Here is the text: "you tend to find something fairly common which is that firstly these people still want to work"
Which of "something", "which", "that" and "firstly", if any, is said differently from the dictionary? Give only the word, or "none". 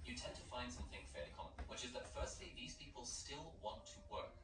none